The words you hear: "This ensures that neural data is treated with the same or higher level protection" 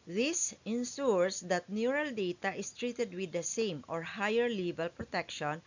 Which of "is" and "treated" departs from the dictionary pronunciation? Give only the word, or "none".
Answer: is